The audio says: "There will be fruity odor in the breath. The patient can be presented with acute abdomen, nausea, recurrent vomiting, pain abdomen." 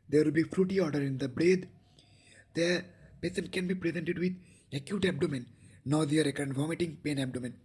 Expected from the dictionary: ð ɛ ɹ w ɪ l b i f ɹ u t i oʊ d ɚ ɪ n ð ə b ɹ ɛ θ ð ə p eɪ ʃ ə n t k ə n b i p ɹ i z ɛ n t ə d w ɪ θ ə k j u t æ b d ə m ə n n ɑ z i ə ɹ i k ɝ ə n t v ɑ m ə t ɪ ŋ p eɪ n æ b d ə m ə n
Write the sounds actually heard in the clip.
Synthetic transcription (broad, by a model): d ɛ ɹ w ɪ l b i f ɹ u t i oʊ d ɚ ɪ n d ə b ɹ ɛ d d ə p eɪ s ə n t k ə n b i p ɹ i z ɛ n t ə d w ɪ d ə k j u t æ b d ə m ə n n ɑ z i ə ɹ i k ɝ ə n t v ɑ m ə t ɪ ŋ p eɪ n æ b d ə m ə n